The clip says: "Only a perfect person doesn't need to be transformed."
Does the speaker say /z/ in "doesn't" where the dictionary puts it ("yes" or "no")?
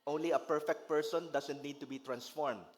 no